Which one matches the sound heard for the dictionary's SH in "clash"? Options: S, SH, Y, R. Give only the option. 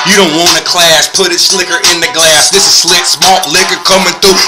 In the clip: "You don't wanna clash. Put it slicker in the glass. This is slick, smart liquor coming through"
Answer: S